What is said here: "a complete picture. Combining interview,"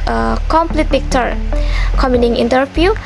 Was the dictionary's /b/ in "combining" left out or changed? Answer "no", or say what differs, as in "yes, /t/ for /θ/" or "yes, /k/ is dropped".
yes, /b/ is dropped